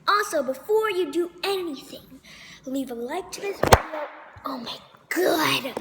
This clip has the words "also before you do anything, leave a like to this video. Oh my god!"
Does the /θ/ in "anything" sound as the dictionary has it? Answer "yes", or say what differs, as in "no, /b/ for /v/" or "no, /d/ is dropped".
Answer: yes